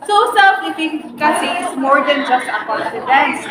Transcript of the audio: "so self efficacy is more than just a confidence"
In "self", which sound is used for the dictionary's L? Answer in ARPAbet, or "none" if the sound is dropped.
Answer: none